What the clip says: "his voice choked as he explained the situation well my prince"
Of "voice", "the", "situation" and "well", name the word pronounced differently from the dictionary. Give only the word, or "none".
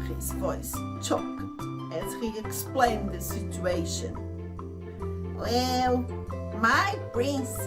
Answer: none